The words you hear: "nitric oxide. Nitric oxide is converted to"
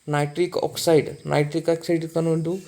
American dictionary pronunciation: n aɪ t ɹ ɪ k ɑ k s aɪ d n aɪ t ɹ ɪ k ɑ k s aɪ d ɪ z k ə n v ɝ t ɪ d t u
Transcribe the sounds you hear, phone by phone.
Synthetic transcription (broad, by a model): n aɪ t ɹ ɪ k ɑ k s aɪ d n aɪ t ɹ ɪ k ɑ k s aɪ d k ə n ɝ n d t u